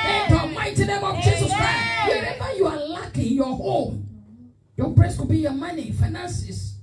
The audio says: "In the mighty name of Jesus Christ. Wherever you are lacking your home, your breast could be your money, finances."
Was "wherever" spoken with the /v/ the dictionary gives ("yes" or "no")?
no